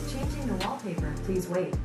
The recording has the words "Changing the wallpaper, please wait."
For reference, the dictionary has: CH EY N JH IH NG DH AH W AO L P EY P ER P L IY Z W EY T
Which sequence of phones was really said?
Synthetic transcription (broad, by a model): CH EY N JH IH NG DH AH W AO L P EY P ER P L IY Z W EY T